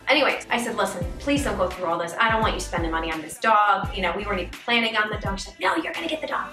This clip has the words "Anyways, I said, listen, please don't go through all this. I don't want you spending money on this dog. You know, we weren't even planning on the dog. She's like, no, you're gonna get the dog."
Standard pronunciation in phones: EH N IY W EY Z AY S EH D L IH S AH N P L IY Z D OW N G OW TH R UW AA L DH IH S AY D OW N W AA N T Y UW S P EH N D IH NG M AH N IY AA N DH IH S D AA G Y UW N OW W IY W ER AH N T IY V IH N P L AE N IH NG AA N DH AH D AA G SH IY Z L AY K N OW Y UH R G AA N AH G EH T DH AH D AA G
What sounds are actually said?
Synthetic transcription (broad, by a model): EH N IY W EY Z AY S EH D L IH S AH N P L IY Z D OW G OW TH R UW AA L DH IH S AY D OW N W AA N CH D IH S P EH N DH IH M AH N IY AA N DH IH S D AA G Y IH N OW W IY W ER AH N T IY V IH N P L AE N IH NG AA N DH AH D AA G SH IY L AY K N OW Y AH R G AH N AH G EH T DH AH D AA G